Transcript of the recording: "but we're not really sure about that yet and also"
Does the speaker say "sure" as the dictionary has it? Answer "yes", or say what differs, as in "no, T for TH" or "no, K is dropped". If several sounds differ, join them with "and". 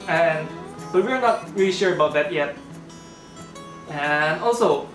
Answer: yes